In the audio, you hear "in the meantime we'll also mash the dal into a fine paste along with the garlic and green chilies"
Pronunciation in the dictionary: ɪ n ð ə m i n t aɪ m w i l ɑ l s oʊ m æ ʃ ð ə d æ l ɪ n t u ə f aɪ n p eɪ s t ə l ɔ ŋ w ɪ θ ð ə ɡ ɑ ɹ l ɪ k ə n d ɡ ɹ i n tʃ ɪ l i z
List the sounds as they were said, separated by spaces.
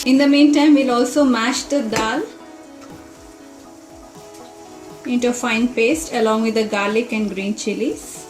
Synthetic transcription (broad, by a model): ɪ n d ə m i n t aɪ m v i l ɑ l s oʊ m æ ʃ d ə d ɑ l ɪ n t u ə f aɪ n p eɪ s t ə l ɔ ŋ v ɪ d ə ɡ ɑ ɹ l ɪ k ə n d ɡ ɹ i n tʃ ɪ l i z